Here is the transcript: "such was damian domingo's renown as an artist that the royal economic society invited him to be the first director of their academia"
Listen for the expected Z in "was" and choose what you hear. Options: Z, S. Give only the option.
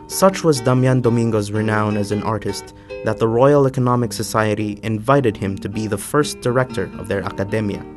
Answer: Z